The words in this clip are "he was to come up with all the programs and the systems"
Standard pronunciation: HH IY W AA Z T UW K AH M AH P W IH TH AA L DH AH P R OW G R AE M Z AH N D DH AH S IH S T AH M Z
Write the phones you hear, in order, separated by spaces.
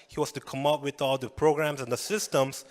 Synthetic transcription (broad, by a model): HH IY W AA S T UW K AH M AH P W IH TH AA L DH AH P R OW G R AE M S AH N D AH S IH S T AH M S